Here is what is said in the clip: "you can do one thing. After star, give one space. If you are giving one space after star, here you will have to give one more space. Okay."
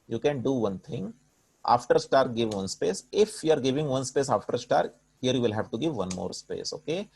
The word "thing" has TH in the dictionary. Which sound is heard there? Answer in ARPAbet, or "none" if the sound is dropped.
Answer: T